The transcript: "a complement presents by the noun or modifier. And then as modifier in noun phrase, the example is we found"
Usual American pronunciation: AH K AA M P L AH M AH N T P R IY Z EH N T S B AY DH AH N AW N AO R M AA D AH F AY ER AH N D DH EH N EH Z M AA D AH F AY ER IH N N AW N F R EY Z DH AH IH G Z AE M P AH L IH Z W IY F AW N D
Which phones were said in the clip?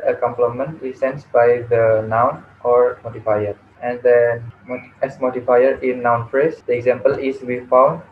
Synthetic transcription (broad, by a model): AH K AA M P L AH M AH N T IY S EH N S B AY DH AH N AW N AO R M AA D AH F AY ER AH N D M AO EH S M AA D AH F AY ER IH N N AW N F R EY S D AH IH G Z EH M P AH L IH S W IY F AW N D